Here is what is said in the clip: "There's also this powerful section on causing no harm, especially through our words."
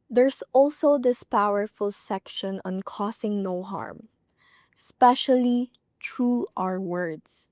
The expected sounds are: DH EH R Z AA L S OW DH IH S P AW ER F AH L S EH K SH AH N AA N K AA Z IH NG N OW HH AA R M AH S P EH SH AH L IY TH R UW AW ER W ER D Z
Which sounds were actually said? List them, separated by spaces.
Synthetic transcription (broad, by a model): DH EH R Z AA L S OW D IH S P AW ER F AH L S EH K SH AH N AA N K AA S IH NG N OW HH AA R M S P EH SH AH L IY T R UW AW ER W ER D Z